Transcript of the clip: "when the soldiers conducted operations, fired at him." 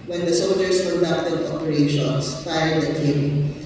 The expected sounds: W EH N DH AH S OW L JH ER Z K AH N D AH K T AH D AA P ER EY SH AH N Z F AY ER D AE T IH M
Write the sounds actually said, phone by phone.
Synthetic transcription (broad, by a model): W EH N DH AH S OW L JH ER S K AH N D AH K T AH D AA P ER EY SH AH N S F AY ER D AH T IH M